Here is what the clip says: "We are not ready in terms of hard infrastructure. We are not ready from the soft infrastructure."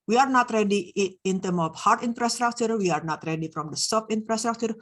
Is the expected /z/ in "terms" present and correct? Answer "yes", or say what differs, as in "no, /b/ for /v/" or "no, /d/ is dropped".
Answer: no, /z/ is dropped